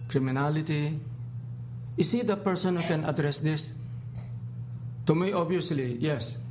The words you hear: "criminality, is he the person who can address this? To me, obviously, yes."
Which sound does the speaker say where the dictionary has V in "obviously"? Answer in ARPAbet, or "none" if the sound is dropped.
none